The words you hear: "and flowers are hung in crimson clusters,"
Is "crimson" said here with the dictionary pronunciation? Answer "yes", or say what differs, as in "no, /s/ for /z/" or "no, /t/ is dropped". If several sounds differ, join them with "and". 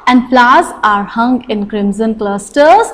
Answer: yes